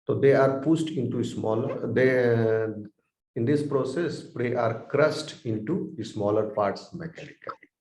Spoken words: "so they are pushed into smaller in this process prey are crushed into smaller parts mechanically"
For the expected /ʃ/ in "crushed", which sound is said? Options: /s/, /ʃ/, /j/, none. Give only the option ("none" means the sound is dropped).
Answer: /s/